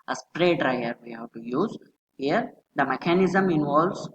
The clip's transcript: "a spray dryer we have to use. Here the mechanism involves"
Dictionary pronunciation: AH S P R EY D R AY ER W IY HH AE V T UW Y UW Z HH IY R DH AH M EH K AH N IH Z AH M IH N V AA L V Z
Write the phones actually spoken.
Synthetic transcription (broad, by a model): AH S P R EY D R AY ER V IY HH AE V T UW Y UW Z HH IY R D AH M EH K AH N IH Z AH M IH N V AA L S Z